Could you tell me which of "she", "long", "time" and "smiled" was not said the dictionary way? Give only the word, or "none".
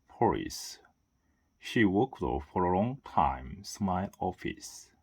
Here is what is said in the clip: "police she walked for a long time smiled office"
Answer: smiled